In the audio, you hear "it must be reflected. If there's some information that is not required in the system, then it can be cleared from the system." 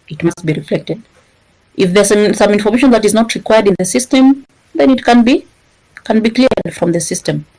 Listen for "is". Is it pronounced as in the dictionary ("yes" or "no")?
yes